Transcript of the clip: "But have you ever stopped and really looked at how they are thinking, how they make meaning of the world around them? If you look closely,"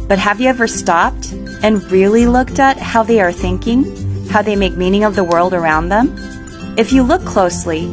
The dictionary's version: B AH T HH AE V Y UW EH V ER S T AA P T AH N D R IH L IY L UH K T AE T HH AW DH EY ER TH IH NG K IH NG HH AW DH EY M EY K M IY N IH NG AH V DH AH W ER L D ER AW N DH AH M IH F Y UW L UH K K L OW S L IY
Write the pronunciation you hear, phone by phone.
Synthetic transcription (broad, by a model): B AH T HH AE V Y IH EH V ER S T AA P T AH N R IH L IY L UH K T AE T HH AW DH EY ER TH IH NG K IH NG HH AW DH EY M EY K M IY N IH NG AH V DH AH W ER L D ER AW N DH AH M IH F Y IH L UH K K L OW S L IY